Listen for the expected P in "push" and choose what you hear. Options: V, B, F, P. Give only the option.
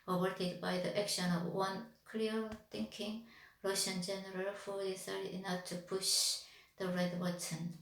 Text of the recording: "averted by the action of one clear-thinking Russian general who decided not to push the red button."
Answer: P